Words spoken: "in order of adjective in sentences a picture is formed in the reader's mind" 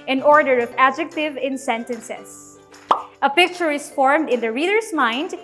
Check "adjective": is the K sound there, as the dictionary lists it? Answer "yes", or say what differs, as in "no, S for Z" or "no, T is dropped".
yes